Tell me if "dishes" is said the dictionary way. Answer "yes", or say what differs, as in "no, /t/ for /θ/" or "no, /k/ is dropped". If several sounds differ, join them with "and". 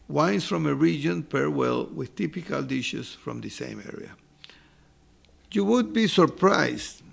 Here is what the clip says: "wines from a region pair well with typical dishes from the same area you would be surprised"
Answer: no, /s/ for /z/